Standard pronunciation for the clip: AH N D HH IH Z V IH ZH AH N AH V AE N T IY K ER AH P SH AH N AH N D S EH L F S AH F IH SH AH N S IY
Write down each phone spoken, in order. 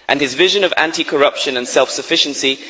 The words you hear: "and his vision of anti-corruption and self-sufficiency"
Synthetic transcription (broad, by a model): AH N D IH Z V IH ZH AH N AH V AE N T IY K ER AH P SH AH N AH N S EH L F S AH F IH SH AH N S IY